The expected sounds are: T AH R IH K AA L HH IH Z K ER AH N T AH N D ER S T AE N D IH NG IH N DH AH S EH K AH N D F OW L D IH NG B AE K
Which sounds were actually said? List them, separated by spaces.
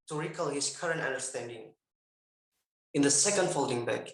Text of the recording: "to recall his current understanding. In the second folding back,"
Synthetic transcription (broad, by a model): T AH R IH K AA L HH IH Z K ER AH N T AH N D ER S T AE N D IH NG IH N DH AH S EH K AH N D F OW L D IH NG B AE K